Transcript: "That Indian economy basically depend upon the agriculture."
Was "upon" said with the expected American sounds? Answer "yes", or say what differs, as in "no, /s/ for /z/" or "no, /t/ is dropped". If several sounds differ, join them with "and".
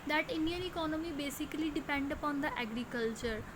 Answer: yes